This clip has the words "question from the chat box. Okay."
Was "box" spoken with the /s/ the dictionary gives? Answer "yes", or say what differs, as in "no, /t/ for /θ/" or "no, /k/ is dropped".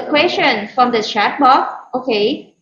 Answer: no, /s/ is dropped